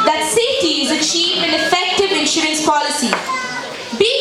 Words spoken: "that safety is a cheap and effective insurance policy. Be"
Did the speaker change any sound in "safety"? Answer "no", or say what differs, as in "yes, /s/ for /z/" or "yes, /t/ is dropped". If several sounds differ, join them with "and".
yes, /f/ is dropped